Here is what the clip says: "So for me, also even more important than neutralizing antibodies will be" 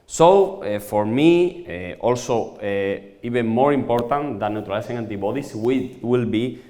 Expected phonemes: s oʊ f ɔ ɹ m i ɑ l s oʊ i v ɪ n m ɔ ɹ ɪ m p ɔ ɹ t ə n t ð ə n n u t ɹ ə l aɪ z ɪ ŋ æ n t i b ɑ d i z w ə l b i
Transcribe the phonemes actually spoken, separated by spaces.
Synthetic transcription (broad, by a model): s oʊ f ɔ ɹ m i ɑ l s oʊ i b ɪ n m ɔ ɹ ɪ m p ɔ ɹ t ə n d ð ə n n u t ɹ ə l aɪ s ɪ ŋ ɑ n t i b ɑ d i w w ə l b i